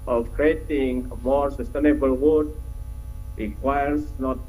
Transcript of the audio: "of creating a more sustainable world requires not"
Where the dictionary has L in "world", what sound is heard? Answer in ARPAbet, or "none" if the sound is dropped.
none